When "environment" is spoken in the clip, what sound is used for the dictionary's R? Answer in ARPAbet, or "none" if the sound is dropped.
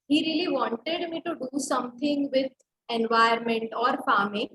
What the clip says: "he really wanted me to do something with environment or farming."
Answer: none